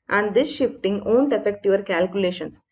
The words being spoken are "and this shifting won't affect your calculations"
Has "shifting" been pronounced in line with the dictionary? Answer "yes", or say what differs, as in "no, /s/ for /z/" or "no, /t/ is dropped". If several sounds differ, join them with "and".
yes